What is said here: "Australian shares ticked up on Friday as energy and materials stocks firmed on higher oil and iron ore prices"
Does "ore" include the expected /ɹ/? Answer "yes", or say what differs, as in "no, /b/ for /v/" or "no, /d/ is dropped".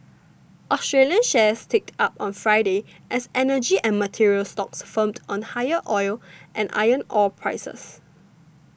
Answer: no, /l/ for /ɹ/